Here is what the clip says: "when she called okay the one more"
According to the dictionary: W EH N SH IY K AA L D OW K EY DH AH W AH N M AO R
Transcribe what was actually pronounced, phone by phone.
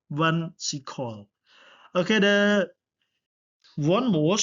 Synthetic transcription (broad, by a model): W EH N S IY K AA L OW K EY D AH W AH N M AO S